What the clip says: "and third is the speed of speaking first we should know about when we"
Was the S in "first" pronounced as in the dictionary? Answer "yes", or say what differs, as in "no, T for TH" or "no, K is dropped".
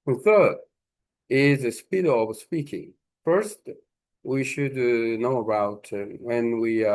yes